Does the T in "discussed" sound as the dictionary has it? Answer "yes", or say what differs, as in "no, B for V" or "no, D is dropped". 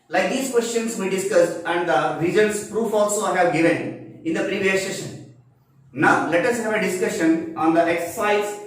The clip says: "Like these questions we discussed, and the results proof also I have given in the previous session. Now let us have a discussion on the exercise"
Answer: yes